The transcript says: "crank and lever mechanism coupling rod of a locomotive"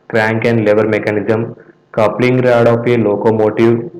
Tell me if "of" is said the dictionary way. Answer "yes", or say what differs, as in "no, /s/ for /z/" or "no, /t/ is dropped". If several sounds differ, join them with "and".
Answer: no, /p/ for /v/